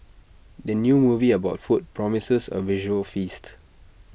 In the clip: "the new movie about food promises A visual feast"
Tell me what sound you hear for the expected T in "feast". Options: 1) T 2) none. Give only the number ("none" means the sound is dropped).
1